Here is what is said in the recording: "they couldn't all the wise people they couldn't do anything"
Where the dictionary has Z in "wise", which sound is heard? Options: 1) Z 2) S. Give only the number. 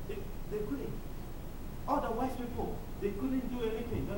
2